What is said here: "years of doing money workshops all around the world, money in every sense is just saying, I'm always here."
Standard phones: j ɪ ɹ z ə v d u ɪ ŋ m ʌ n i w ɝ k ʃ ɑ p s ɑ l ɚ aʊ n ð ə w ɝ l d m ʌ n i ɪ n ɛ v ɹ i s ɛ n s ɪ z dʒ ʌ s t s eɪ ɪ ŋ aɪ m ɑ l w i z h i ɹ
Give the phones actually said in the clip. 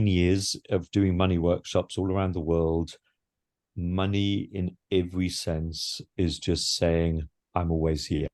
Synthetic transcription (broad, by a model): j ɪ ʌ z ə v d u ɪ ŋ m ʌ n i w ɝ k ʃ ɑ p s ɑ l ɚ aʊ n ð ə w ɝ l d m ʌ n i ɪ n ɛ v ɹ i s ɛ n s ɪ z dʒ ʌ s t s eɪ ɪ ŋ aɪ m ɑ l w i z h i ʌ